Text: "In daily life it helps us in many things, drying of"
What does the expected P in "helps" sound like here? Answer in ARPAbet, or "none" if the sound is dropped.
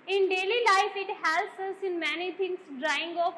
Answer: none